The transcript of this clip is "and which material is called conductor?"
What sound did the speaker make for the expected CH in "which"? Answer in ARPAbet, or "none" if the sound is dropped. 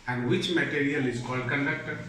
CH